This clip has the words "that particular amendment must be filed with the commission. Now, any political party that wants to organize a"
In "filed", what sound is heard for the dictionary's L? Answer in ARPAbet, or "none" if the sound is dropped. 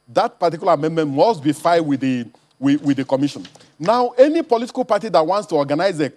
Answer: W